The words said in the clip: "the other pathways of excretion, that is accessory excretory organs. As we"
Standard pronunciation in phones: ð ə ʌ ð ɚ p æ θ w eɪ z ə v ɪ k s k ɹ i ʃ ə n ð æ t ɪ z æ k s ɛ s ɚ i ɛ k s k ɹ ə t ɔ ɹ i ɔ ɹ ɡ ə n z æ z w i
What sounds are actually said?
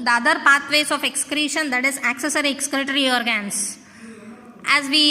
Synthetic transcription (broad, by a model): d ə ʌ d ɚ p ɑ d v eɪ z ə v ɪ k s k ɹ i ʃ ə n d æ t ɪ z æ k s ɛ s ɚ i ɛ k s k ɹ t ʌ ɹ i ɔ ɹ ɡ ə n s æ z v i